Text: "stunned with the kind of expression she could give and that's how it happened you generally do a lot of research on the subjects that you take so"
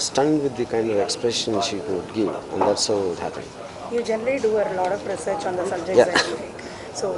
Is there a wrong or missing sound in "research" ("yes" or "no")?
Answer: no